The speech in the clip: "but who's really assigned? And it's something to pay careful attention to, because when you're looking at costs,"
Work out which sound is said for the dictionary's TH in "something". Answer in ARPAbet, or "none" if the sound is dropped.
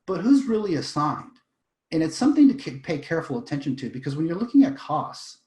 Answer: TH